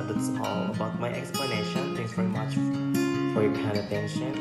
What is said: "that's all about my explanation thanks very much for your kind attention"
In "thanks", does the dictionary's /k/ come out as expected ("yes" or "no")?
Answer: no